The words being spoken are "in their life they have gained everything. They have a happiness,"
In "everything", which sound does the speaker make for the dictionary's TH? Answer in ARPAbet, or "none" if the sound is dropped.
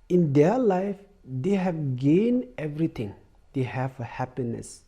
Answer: T